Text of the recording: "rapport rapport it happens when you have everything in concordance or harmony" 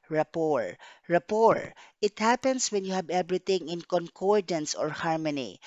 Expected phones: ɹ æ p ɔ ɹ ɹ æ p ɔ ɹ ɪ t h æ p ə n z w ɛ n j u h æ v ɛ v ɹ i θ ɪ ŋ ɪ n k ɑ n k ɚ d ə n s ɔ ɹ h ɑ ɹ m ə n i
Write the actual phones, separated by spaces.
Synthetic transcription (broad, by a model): ɹ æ p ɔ ɹ ɹ æ p ɔ ɹ ɪ t h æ p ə n s w ɛ n j u h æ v ɛ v ɹ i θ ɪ ŋ ɪ n k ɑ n k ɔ d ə n s ɔ ɹ h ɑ ɹ m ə n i